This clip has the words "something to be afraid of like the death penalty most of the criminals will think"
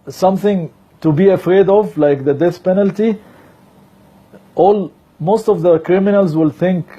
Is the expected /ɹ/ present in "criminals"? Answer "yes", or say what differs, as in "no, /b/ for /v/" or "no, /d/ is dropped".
yes